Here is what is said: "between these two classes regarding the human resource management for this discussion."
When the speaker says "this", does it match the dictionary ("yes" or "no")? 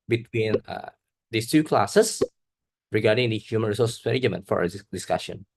no